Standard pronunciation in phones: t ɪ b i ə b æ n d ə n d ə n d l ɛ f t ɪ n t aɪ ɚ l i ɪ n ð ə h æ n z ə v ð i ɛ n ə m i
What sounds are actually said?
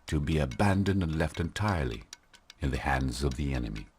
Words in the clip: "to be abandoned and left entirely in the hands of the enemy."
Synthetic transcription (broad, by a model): t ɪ b i ə b æ n d ə n d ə n l ɛ f t ɪ n t aɪ ɚ l i ɪ n ð ə h æ n z ə v ð i ɛ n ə m i